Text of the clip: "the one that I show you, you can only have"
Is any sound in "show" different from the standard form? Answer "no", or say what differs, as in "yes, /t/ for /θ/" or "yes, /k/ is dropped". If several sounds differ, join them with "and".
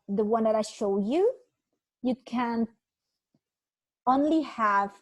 no